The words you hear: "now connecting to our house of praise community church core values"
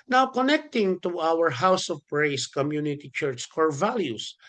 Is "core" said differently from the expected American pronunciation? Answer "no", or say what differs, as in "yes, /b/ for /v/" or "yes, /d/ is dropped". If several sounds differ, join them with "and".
no